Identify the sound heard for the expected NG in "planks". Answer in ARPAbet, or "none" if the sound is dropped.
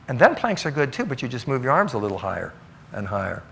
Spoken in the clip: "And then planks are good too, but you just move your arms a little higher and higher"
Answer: NG